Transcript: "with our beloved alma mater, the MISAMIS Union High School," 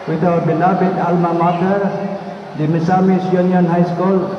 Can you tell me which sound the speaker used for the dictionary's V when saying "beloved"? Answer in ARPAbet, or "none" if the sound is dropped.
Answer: B